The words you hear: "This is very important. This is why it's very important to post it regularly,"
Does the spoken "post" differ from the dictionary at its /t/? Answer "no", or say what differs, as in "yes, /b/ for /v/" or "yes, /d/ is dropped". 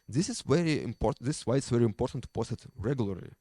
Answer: yes, /t/ is dropped